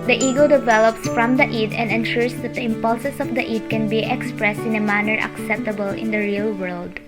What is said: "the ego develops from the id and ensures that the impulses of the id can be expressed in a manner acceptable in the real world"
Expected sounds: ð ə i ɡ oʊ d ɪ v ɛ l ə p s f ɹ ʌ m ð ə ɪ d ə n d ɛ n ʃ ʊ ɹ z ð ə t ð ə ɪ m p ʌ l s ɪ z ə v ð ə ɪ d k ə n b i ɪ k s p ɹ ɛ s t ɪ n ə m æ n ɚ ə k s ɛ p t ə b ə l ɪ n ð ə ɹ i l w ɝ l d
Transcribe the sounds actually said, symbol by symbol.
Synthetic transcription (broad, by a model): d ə i ɡ oʊ d ɪ v ɛ l ə p s f ɹ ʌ m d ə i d ə n d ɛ n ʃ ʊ ɹ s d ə t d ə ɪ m p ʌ l s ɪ s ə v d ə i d k ə n b i ɪ k s p ɹ ɛ s t ɪ n ə m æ n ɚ ə k s ɛ p t ə b ə l ɪ n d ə ɹ i l w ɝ l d